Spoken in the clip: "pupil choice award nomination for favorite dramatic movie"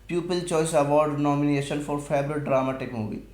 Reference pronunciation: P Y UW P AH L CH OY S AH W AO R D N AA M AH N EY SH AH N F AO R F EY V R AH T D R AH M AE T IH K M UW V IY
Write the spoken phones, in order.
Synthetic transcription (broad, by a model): P Y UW P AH L CH OY S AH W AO R D N AA M AH N EY SH AH N F AO R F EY B R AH T D R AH M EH T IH K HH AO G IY